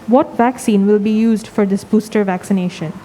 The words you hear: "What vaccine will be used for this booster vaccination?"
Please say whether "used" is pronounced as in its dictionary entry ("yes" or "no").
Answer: yes